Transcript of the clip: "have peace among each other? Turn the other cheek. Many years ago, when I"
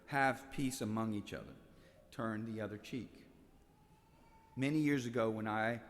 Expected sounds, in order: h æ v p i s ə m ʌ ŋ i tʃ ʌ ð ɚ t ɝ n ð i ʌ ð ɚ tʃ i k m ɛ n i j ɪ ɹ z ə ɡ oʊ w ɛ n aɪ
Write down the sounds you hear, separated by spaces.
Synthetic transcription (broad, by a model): h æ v p i s ə m ʌ ŋ i tʃ ʌ ð ɚ t ɝ n ð i ʌ ð ɚ tʃ i k m ɛ n i j ɪ ɹ z ə ɡ oʊ w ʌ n aɪ